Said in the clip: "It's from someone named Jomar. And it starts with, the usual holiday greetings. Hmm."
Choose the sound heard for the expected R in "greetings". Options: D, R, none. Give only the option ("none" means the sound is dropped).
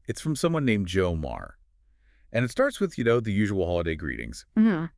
R